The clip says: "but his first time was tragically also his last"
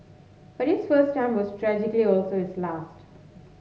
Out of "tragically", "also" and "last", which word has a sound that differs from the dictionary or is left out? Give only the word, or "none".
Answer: none